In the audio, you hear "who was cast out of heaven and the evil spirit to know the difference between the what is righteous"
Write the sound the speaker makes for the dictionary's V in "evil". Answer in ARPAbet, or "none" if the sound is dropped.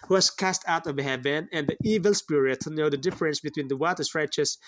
V